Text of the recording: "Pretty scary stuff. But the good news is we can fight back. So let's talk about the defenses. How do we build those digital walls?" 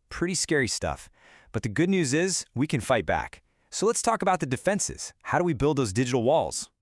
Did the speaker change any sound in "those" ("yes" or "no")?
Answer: no